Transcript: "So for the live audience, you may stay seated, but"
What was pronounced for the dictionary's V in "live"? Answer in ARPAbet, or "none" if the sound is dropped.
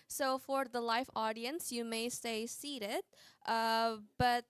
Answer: F